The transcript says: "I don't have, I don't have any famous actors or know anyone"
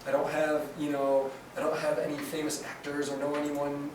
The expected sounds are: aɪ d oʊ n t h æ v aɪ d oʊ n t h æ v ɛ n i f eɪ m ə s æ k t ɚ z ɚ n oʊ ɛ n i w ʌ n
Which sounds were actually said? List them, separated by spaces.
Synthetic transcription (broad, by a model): aɪ d oʊ n t h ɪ v aɪ d oʊ n t h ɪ v ɛ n i f eɪ m ə s æ k t ɚ z ɚ n oʊ ɛ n i w ʌ n